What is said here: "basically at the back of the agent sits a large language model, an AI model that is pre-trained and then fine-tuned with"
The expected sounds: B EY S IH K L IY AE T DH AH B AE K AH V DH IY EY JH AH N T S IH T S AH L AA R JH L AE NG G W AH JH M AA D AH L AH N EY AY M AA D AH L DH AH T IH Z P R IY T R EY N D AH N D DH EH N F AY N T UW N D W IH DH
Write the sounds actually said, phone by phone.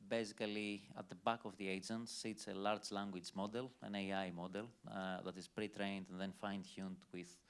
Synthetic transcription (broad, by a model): B EY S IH K L IY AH T DH AH B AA K AH V DH IY EY JH AH N T S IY T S AH L AA R JH L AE NG G W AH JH M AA D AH L AH N EY AY M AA D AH L DH AH T IH Z P R IY T R EY N D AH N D DH EH N F AY N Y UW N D W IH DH